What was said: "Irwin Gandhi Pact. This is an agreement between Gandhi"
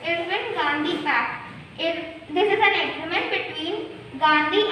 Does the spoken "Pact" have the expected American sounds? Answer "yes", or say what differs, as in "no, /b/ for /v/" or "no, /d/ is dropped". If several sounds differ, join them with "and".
no, /f/ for /p/